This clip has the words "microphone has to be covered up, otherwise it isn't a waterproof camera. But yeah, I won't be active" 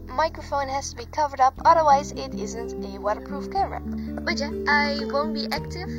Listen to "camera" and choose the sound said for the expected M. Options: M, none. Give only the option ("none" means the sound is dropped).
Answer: none